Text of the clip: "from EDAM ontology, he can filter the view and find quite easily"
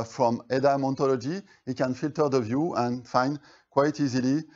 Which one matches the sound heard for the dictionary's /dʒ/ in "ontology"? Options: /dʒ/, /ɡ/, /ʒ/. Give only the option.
/dʒ/